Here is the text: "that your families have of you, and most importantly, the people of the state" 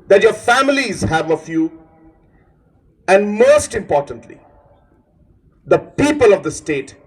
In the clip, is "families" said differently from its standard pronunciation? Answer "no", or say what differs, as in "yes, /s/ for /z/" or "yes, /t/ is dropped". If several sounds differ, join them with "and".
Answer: no